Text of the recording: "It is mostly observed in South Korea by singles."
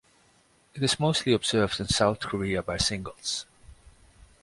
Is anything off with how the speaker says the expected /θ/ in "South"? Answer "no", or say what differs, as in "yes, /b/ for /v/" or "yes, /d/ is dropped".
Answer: no